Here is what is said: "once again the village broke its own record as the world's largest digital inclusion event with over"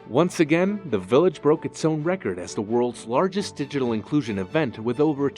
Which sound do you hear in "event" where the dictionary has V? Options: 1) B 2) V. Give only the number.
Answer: 2